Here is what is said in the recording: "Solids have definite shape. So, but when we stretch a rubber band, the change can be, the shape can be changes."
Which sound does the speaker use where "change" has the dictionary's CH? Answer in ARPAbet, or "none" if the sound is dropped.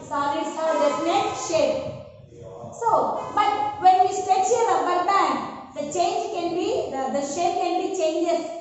CH